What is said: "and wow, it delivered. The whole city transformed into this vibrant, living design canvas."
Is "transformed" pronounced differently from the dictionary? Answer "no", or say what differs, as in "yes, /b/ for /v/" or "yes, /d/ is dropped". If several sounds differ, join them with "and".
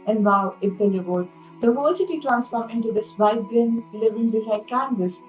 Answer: yes, /d/ is dropped